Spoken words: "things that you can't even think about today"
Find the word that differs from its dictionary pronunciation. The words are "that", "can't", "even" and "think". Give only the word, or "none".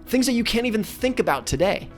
none